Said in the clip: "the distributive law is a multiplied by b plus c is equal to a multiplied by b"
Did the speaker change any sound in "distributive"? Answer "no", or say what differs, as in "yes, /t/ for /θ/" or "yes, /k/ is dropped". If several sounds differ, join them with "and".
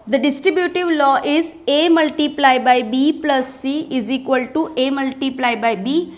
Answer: no